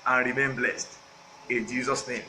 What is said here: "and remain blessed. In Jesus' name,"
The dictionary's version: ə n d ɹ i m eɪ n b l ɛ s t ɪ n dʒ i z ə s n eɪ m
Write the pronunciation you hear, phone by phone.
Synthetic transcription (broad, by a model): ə n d ɹ i m eɪ n b l ɛ s t ɪ n dʒ i z ə s n eɪ m